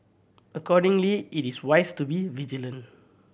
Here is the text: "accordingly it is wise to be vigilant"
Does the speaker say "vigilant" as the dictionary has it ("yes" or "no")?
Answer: no